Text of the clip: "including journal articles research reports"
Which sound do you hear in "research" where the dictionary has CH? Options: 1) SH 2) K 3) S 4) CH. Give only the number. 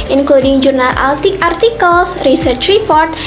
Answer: 4